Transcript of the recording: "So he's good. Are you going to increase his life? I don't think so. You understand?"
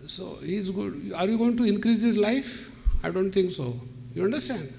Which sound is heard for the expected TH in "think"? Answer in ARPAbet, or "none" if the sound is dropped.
T